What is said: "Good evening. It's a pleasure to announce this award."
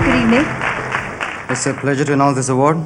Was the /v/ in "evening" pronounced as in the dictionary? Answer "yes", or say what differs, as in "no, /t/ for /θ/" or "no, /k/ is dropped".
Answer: no, /v/ is dropped